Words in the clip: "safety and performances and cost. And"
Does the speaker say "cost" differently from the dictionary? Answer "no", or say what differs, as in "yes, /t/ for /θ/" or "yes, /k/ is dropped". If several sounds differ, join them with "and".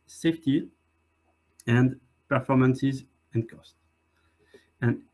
no